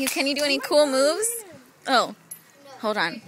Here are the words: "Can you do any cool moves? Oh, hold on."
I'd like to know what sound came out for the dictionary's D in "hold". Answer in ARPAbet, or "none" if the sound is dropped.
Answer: D